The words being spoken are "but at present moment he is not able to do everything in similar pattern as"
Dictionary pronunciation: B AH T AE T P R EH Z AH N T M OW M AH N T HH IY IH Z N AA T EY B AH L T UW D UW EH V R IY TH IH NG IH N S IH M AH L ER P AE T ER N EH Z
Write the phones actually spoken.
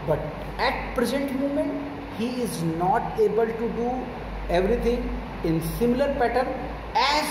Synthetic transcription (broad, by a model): B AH T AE T P R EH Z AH N T M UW M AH N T HH IY IH Z N AA T EY B AH L T UW D UW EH V R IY T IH NG IH N S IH M L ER P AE T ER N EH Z